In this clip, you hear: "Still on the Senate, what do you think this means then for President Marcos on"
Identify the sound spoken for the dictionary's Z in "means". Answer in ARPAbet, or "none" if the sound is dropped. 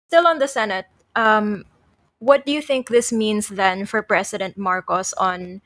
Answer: S